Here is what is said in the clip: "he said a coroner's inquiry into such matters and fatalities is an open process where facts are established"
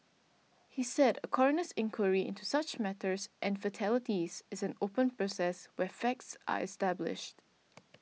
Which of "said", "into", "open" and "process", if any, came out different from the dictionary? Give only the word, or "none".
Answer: none